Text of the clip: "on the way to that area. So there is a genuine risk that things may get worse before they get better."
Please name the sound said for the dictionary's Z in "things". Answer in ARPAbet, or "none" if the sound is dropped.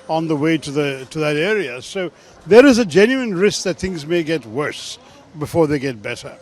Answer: Z